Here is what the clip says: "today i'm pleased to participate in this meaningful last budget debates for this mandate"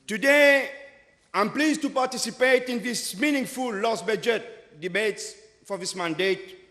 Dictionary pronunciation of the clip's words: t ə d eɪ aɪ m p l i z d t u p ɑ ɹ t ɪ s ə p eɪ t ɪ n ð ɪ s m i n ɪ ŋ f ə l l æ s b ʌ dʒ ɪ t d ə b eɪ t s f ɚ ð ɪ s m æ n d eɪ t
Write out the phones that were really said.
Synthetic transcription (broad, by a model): t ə d eɪ aɪ m p l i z t u p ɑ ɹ t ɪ s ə p eɪ t ɪ n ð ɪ s m i n ɪ ŋ f ə l l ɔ s b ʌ dʒ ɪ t d ə b eɪ t s f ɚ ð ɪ s m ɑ n d eɪ t